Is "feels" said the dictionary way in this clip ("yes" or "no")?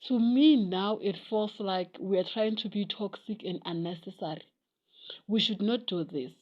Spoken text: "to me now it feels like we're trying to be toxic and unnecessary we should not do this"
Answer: no